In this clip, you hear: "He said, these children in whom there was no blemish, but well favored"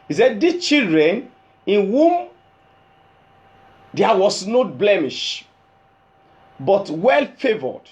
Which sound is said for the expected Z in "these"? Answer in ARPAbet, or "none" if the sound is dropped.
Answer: none